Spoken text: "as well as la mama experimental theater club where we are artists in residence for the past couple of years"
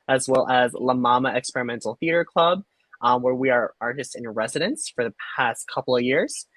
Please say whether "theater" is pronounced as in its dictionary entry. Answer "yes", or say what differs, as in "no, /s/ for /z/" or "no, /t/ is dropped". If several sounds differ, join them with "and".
yes